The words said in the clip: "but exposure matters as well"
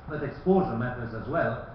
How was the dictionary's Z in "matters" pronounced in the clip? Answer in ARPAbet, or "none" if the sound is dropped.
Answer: Z